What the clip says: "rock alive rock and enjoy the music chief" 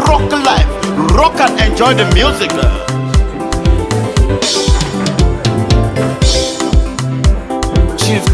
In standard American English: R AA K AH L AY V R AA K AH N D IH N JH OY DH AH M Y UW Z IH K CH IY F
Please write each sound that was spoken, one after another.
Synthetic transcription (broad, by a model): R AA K L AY F R AA K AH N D IH N JH OY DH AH M Y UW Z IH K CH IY